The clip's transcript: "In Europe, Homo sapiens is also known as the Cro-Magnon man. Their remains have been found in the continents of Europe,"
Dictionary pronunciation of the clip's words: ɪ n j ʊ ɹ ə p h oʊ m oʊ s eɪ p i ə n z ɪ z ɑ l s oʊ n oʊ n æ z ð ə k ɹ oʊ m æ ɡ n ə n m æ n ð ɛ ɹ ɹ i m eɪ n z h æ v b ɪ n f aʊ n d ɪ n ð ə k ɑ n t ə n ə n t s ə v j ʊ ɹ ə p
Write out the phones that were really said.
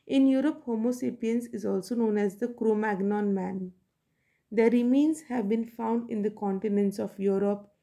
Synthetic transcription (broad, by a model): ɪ n j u ɹ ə p h oʊ m oʊ s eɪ p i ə n s ɪ z ɑ l s oʊ n oʊ n æ z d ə k ɹ oʊ m æ ɡ n ə n m æ n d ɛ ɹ ɹ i m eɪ n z h æ v b ɪ n f aʊ n d ɪ n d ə k ɑ n t ə n ə n t s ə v j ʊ ɹ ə p